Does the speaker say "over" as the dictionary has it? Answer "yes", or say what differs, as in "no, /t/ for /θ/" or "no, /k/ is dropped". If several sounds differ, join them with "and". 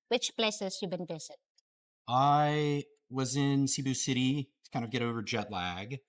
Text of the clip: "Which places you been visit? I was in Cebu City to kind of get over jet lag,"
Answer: yes